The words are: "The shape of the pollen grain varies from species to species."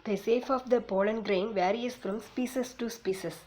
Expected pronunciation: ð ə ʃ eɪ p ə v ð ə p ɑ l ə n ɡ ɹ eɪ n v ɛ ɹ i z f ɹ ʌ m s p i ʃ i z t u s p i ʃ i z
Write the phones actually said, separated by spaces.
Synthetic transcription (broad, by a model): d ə s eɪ f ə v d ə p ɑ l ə n ɡ ɹ eɪ n v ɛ ɹ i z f ɹ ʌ m s p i s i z t u s p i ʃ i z